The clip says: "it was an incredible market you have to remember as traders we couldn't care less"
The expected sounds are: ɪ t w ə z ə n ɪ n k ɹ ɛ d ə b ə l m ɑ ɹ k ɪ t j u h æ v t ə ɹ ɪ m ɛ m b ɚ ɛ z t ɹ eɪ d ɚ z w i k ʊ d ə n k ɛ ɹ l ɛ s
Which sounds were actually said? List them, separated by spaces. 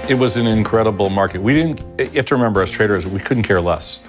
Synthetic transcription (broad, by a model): ɪ t w ə z n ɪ n k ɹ ɛ d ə b l m ɑ ɹ k ɪ t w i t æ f t ə ɹ ɪ m ɛ m b ɚ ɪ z t ɹ eɪ d ɚ z w i k ʊ d n k ɛ ɹ l ɛ s